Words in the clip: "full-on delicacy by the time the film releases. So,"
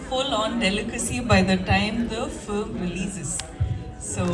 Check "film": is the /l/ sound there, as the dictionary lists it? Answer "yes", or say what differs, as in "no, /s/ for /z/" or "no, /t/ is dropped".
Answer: no, /l/ is dropped